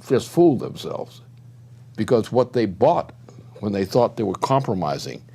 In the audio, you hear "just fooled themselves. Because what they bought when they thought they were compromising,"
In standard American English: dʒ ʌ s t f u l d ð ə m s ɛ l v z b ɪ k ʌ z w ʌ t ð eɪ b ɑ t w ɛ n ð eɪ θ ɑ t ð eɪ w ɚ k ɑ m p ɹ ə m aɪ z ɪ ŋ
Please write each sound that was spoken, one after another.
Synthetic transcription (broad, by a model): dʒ ʌ s t f u l d ð ə m s ɛ l v z b ɪ k ʌ z w ʌ t ð eɪ b ɑ t w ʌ n ð eɪ θ ɑ t ð eɪ w ɚ k ɑ m p ɹ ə m aɪ z ɪ ŋ